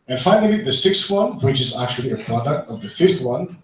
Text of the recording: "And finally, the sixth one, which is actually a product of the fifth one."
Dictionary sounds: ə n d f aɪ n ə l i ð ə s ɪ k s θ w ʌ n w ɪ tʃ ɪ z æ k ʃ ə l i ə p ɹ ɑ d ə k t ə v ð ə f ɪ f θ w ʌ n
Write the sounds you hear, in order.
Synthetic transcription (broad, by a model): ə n f aɪ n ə i ð ə s ɪ k s t w ʌ n w ɪ tʃ ɪ z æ k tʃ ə l i ə p ɹ ɑ d ə k t ə v ð ə f ɪ f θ w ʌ n